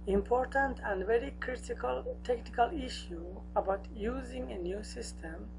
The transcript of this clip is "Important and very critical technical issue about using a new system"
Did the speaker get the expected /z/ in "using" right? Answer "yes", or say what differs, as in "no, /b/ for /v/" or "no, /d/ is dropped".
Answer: yes